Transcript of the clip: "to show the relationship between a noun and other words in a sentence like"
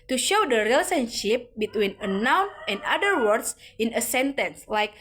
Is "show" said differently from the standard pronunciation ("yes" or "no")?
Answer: no